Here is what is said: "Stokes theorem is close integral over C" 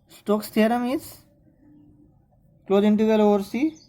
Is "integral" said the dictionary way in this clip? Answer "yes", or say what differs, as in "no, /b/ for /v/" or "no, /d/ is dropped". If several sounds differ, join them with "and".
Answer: no, /ɹ/ is dropped